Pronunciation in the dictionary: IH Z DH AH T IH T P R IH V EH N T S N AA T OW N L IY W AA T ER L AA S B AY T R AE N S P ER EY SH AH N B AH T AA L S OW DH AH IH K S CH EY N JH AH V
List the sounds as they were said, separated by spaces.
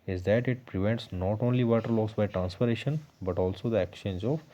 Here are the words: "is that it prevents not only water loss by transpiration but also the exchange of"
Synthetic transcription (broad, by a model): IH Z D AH T IH T P R IH V EH N T S N AA T OW N L IY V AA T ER L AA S B AY T R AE N S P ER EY SH AH N B AH T AA L S OW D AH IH K CH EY N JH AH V